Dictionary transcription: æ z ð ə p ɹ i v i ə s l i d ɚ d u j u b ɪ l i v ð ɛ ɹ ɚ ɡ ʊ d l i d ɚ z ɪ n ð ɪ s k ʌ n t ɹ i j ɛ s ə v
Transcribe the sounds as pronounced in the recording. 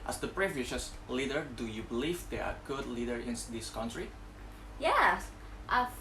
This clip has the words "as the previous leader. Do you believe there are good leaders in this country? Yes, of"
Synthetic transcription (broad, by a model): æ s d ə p ɹ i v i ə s l i d ɚ d u j u b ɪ l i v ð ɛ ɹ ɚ ɡ ʊ d l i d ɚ ɪ n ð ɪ s k ʌ n t ɹ i j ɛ s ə